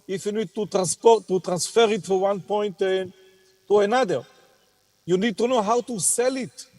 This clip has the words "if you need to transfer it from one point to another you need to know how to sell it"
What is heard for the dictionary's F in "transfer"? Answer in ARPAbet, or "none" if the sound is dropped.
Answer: P